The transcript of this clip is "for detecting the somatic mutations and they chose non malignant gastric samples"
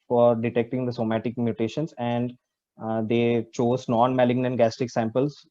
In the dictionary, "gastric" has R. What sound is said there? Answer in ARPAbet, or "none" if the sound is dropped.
none